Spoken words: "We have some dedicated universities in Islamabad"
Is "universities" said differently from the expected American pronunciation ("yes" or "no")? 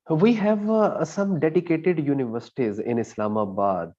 no